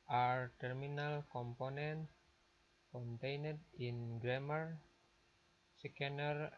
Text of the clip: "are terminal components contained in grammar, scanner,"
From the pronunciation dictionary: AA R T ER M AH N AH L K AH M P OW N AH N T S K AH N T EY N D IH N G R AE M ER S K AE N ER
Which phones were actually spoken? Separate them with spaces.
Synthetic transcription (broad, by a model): AA R T ER M AH N AH L K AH M P OW N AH N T K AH N T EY N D IH N G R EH M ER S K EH N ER